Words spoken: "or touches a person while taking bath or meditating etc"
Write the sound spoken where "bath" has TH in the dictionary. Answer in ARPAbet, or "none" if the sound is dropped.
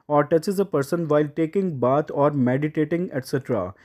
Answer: T